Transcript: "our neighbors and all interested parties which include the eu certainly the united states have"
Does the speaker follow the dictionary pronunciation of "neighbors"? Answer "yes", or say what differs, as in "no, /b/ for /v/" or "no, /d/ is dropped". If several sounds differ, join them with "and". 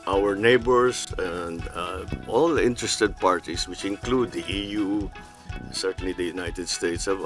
no, /s/ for /z/